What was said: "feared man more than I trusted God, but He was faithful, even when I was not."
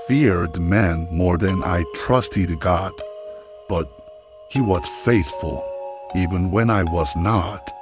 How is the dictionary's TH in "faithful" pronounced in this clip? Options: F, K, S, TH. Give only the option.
TH